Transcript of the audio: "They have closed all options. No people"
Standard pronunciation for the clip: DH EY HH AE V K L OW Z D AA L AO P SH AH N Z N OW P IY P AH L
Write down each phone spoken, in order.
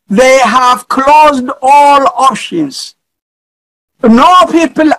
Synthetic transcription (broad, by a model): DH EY HH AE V K L OW Z D AA L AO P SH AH N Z N OW P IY P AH L